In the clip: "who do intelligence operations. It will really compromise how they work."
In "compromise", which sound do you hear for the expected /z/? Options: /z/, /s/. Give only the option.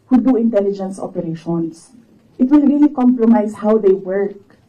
/s/